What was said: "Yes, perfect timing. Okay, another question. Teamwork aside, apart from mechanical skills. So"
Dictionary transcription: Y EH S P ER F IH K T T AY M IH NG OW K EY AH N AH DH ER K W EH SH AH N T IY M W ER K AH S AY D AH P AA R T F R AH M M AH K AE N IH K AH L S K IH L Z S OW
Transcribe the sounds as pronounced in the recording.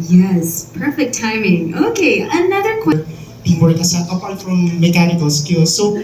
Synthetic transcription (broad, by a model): Y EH S P ER F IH K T T AY M IH NG OW K EY AH N AH DH ER K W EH AH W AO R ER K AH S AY AH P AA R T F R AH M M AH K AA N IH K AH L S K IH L S OW